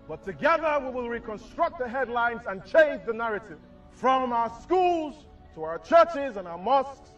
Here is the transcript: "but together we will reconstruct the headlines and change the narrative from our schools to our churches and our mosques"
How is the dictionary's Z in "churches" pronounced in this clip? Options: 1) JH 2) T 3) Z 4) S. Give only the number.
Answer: 3